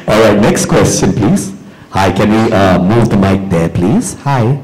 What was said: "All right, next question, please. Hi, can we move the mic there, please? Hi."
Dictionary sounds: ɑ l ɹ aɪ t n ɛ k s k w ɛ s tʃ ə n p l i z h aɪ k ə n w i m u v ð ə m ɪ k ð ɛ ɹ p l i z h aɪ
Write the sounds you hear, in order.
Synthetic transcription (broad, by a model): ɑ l ɹ aɪ t n ɛ k s k w ɛ s tʃ ə n p l i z h aɪ k ə n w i m u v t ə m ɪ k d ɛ p l i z h aɪ